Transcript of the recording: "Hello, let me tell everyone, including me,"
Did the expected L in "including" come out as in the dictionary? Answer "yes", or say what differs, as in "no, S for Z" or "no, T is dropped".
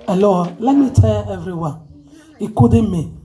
no, L is dropped